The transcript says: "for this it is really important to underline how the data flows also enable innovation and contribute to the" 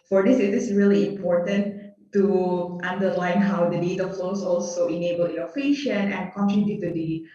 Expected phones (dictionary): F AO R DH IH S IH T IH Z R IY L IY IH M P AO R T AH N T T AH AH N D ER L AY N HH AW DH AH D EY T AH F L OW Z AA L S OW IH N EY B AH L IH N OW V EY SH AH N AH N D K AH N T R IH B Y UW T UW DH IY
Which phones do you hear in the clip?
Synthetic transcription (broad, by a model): F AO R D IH S IH T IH S R IY L IY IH M P AO R T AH N T T AH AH N D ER L AY N HH AW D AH D EY T AH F L OW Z AA L S OW IH N EY B AH L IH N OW F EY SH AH N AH N K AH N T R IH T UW T UW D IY